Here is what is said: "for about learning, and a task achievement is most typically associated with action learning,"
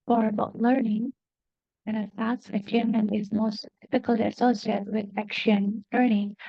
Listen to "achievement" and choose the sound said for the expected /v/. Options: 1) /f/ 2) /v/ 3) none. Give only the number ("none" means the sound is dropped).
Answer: 3